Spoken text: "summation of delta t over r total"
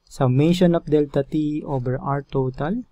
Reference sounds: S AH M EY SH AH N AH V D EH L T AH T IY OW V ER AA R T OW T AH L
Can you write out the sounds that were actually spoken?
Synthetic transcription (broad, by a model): S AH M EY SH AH N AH F D EH L T AH T IY OW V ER AA R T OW T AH L